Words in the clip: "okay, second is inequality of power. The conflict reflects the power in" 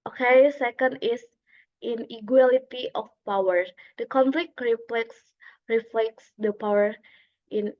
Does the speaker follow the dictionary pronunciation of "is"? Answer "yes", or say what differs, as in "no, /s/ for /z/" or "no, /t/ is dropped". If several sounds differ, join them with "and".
no, /s/ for /z/